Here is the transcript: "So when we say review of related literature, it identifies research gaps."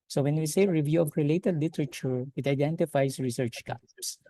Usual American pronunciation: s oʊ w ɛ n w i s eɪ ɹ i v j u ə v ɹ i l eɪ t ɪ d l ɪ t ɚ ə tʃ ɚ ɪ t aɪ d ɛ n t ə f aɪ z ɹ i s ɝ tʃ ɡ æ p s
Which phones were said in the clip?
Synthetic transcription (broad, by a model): s oʊ w ɛ n w i s eɪ ɹ i v j u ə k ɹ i l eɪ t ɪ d l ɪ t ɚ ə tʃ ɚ ɪ t aɪ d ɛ n t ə f aɪ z ɹ i s ɝ tʃ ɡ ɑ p s